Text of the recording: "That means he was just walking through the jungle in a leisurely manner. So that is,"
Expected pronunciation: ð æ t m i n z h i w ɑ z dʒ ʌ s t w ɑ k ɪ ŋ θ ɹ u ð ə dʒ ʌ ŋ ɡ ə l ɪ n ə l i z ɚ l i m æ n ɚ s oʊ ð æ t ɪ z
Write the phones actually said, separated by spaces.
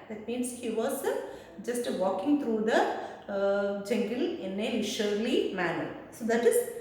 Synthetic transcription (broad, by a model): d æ t m i n s h i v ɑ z dʒ ʌ s t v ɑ k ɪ ŋ t ɹ u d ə dʒ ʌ ŋ ɡ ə l ɪ n ə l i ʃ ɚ l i m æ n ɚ s oʊ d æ t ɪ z